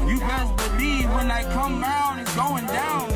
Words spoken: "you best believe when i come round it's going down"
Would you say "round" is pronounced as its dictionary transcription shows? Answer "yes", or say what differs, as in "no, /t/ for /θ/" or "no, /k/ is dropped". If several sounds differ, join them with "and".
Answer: no, /d/ is dropped